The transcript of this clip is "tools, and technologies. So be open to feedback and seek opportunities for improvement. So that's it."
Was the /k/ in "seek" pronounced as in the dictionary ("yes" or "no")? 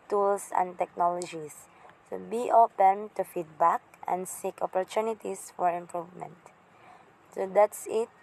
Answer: yes